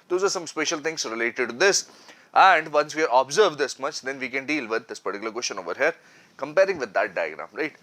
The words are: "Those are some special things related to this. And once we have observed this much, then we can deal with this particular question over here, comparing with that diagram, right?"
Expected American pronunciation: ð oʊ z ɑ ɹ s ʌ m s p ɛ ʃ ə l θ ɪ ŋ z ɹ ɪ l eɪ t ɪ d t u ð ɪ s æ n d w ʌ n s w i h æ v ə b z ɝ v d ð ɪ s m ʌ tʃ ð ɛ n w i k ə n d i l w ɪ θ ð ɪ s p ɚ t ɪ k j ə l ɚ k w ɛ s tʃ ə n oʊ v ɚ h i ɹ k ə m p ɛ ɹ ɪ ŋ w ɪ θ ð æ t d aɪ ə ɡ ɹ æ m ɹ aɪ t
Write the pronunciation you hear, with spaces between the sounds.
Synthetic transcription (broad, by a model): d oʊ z ɑ ɹ s ʌ m s p ɛ ʃ ə l t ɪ ŋ s ɹ ɪ l eɪ t ɪ d t u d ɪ s æ n d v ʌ n s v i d ə b z ɝ v d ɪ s m ʌ tʃ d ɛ n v i k ə n d i l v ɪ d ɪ s p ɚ t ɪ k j l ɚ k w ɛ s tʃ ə n oʊ v ɚ h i ɹ k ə m p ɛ ɹ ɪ ŋ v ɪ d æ t d aɪ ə ɡ ɹ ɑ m ɹ aɪ t